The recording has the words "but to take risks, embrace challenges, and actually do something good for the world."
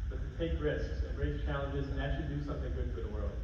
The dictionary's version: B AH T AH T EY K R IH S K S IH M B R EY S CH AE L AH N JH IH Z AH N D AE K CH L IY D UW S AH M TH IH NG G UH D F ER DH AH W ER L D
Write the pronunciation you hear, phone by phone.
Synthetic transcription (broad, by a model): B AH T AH T EY K R IH S K S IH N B R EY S CH AE L AH N JH IH Z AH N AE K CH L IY D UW S AH M TH IH NG G UH D F ER DH AH W ER L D